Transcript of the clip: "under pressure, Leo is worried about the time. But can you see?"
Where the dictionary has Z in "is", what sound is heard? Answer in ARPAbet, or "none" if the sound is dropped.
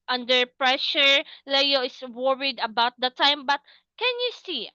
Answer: S